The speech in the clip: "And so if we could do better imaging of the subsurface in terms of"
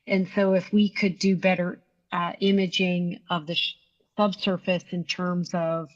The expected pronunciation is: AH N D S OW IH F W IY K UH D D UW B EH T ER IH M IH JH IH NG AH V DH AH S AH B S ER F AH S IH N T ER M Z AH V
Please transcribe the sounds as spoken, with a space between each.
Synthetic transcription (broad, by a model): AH N S OW IH F W IY K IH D D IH B EH T ER IH M IH JH IH NG AH V DH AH S AH B S ER F AH S IH N T ER M Z AH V